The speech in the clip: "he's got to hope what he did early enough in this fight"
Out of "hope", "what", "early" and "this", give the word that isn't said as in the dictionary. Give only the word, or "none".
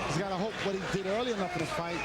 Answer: this